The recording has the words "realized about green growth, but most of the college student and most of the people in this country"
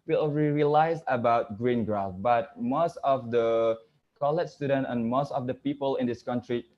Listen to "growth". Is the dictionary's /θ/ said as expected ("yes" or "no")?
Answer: no